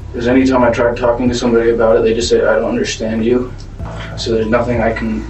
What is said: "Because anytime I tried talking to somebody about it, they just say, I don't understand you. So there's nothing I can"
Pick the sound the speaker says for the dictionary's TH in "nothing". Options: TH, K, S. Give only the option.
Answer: TH